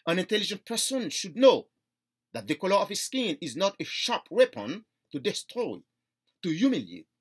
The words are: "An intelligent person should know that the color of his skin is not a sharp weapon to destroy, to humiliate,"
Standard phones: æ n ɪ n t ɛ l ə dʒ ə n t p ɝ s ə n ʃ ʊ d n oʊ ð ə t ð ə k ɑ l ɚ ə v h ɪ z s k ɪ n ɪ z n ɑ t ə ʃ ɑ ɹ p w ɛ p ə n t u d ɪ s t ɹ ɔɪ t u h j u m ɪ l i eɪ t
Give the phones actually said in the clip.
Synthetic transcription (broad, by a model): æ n ɪ n t ɛ l ə dʒ ə n t p ɝ s ə n ʃ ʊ d n oʊ ð ə t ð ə k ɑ l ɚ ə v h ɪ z s k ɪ n ɪ z n ɑ t ə ʃ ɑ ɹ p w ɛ p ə n t u d ɪ s t ɹ ɔɪ t u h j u m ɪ l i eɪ t